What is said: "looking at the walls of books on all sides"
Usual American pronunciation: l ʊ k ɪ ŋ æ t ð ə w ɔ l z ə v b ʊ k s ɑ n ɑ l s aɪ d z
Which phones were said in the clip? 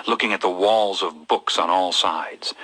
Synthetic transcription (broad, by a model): l ʊ k ɪ ŋ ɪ t ð ə w ɔ l z ə v b ʊ k s n ɑ l s aɪ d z